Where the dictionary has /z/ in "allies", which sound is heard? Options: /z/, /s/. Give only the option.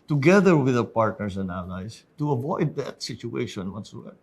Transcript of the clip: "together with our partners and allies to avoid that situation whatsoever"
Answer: /s/